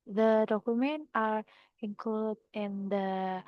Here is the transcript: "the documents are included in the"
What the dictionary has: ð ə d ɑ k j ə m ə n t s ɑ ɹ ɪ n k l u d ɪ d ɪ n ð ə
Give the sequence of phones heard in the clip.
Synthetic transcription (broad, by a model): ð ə d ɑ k j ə m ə n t ɑ ɹ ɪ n k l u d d ɪ n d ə